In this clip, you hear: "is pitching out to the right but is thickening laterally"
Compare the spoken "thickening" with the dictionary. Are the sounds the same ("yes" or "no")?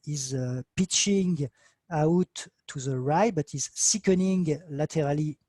no